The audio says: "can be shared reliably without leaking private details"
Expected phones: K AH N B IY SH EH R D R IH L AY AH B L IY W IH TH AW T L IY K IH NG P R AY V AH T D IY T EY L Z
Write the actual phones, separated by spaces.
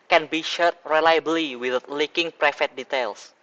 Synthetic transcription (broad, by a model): K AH N B IY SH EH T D R IH L AY AH B L IY W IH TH L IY K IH NG P R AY F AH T D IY T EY L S